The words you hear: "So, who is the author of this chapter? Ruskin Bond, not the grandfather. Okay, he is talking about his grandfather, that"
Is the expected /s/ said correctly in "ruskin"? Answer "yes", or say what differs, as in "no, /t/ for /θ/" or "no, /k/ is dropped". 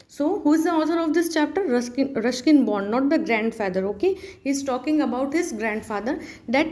no, /ʃ/ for /s/